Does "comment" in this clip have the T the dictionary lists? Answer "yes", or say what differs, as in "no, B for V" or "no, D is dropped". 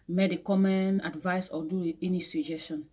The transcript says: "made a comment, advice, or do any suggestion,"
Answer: no, T is dropped